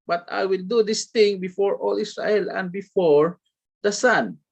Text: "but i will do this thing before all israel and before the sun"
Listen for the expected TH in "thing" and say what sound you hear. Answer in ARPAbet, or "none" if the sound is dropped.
T